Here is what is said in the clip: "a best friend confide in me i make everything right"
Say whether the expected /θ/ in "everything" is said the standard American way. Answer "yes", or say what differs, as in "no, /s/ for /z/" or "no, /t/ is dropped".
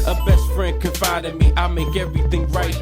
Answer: yes